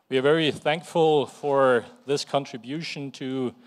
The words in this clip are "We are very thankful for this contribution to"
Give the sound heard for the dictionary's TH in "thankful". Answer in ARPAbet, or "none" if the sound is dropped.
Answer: TH